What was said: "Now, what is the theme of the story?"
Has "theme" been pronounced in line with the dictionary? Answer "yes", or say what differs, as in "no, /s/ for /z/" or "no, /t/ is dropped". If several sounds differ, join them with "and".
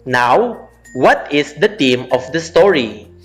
no, /t/ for /θ/